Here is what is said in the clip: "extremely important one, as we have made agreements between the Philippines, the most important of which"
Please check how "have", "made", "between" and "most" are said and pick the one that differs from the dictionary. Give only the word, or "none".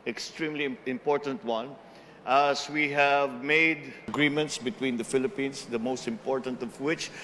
none